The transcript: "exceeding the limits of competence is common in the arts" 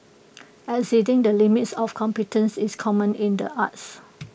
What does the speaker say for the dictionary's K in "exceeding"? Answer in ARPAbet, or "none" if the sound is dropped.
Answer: none